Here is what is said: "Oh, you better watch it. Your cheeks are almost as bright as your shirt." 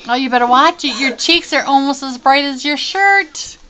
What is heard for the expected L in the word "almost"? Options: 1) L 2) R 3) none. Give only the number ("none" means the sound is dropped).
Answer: 1